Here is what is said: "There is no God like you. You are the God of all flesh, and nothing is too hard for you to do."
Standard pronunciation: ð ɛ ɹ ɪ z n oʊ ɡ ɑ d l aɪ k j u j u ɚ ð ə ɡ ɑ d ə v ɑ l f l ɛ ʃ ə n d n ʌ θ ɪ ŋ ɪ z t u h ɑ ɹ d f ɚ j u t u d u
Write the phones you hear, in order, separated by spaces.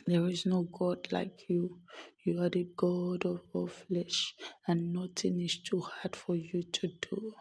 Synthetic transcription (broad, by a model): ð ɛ ɹ ɪ z n oʊ ɡ ɑ d l aɪ k j u j u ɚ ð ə ɡ ɑ d ə v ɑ f l ɛ ʃ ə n n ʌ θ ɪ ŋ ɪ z t u h ɑ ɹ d f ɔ j u t u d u